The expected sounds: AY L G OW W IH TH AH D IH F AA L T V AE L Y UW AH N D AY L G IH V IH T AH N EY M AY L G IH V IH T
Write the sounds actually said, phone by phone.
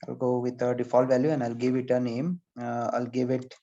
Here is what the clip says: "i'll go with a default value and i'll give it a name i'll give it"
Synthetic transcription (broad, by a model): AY L G OW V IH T AH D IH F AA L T V AE L Y UW AH N D AY L G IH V IH T AH N EY M AY L G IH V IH T